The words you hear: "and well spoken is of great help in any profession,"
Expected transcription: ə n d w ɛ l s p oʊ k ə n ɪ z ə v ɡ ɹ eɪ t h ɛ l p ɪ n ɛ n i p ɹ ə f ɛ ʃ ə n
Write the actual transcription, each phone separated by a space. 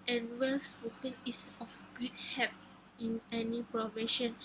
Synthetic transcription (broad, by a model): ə n w ɛ l s p oʊ k ə n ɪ s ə f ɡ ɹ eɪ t h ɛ p ɪ n ɛ n i p ɹ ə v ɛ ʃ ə n